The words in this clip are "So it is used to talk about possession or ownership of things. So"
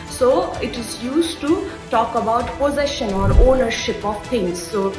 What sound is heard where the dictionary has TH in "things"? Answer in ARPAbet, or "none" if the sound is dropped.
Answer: T